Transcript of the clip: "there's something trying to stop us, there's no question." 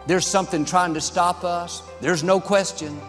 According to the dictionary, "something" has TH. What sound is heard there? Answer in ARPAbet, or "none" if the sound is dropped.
TH